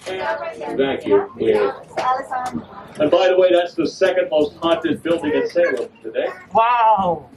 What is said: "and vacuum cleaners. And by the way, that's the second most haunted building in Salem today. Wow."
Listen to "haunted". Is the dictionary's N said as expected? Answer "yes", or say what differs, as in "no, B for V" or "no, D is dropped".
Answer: no, N is dropped